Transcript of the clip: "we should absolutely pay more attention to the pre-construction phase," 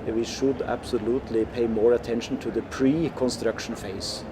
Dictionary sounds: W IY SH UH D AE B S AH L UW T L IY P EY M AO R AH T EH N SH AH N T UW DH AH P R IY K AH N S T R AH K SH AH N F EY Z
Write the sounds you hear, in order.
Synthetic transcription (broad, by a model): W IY SH UH D AE B S AH L UW T L IY P EY M AO R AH T EH N SH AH N T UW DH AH P R IY K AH N S T R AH K SH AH N F EY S